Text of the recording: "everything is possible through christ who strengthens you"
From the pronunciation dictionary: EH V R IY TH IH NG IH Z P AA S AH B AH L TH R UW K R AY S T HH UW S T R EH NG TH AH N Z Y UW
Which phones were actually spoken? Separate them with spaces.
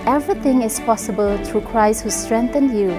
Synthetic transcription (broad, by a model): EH V R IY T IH NG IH S P AA S AH B AH L T R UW K R AY S T HH UW S T R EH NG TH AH N Y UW